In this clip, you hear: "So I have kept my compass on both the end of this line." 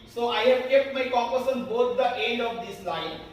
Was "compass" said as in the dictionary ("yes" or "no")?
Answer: no